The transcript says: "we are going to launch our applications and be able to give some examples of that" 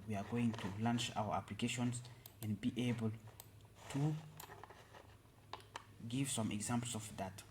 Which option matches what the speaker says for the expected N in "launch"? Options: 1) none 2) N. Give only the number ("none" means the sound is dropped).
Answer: 2